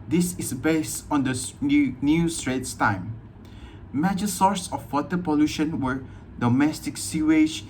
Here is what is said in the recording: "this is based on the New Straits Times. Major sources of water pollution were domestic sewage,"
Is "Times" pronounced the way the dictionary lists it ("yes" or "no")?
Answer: no